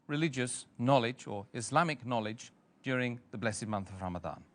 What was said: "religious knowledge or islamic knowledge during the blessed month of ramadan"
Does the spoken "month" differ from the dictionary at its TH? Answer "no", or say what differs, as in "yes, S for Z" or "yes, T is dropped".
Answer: no